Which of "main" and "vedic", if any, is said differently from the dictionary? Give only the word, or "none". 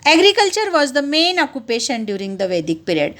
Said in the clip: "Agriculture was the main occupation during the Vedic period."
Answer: none